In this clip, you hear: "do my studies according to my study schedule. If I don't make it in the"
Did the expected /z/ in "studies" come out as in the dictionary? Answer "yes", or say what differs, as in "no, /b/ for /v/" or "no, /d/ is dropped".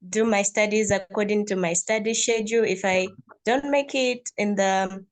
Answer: yes